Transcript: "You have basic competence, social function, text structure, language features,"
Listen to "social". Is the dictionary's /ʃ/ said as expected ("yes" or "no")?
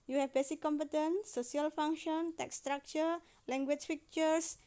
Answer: no